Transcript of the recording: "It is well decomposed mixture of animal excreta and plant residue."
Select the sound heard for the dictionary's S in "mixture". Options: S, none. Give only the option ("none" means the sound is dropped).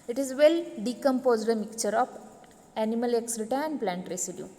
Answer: none